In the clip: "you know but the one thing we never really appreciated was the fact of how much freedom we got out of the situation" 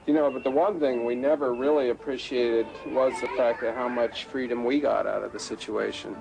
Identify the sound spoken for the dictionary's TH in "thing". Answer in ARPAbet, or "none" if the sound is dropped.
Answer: TH